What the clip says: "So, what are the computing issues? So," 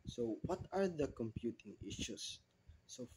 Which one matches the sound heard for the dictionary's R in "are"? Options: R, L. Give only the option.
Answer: R